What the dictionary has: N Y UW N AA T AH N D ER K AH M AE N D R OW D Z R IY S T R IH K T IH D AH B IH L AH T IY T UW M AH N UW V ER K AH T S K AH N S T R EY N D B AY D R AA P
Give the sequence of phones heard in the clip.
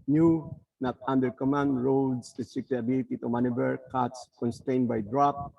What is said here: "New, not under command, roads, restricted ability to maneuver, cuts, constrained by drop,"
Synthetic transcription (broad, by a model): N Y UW N AA T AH N D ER K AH M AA N D R OW D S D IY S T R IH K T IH AH B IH L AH T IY T UW M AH N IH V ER K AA T S K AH N S T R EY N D B AY D R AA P